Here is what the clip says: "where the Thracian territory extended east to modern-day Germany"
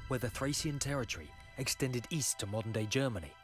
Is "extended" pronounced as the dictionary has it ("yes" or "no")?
yes